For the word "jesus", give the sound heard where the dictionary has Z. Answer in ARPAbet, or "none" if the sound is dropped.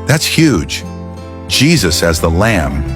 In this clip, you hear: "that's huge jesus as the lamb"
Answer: Z